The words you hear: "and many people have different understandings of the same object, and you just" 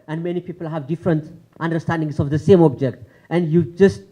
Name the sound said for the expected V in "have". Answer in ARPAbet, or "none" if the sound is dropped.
V